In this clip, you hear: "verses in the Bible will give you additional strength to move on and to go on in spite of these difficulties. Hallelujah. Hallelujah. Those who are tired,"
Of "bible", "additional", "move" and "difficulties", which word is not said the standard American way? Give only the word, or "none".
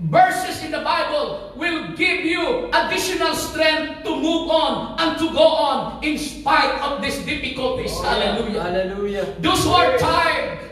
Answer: difficulties